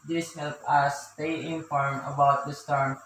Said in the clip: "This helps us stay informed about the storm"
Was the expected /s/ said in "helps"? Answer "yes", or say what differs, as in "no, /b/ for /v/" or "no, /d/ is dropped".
no, /s/ is dropped